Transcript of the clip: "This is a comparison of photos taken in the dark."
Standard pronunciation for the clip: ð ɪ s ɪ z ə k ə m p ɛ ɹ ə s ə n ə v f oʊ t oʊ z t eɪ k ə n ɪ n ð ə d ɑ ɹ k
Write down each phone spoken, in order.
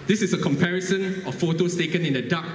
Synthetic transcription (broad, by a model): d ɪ s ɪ s ə k ə m p ɛ ɹ ə s ə n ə f f oʊ t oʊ s t eɪ k ə n ɪ n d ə d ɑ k